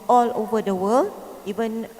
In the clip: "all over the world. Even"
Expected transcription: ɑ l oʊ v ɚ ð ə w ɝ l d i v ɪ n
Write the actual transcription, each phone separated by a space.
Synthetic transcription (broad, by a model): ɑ l oʊ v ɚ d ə w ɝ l i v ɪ n